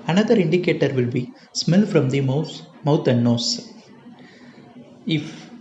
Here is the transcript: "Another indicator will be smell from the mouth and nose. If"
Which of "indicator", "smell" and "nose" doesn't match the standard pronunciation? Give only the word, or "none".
nose